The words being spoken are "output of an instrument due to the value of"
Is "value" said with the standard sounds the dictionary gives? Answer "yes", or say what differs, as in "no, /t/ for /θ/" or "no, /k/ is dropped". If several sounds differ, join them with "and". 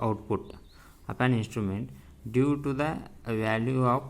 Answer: yes